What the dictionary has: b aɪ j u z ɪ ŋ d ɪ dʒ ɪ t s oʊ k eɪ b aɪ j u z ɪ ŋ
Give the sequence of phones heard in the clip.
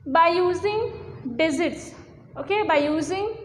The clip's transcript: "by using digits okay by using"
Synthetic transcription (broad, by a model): b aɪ j u z ɪ ŋ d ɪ z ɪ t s oʊ k eɪ b aɪ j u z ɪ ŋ